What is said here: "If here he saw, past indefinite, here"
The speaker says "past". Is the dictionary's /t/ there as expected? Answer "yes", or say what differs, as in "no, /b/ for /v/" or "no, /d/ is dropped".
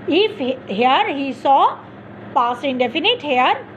no, /t/ is dropped